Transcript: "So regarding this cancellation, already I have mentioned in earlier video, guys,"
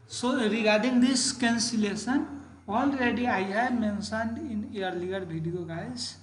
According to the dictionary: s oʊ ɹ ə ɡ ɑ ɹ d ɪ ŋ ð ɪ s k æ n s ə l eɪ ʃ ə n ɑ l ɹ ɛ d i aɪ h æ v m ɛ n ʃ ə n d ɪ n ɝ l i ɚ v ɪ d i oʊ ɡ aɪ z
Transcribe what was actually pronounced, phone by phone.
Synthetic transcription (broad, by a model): s oʊ ɹ ə ɡ ɑ ɹ d ɪ ŋ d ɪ s k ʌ n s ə l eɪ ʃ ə n ɑ l ɹ ɛ d i aɪ h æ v m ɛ n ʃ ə n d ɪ n ɝ l i ɚ b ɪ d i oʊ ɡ aɪ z